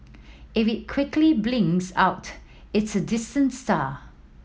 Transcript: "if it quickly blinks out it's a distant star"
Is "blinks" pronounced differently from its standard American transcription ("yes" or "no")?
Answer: yes